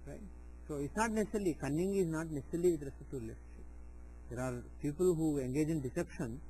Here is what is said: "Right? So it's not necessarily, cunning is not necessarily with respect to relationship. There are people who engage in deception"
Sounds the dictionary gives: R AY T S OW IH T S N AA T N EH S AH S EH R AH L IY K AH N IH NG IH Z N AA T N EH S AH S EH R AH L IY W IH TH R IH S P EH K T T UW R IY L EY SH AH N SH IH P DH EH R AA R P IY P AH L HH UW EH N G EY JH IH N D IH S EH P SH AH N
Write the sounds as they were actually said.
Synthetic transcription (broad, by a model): R AY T S OW IH T S N AA T N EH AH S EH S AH L IY K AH N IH NG IH Z N AA T N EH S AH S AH L IY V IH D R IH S AH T T UW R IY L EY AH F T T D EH R AA R P IY P AH L HH UW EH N G EY JH IH N D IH S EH P SH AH N